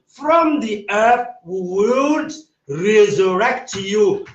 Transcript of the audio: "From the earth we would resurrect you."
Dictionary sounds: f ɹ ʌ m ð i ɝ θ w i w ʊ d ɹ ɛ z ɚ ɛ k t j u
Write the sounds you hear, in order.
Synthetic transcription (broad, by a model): f ɹ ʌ m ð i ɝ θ w i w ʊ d ɹ ɛ z ɚ ɛ k t j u